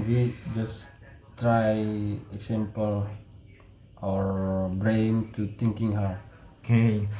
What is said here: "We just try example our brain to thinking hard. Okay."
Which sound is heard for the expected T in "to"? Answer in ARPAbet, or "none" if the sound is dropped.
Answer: T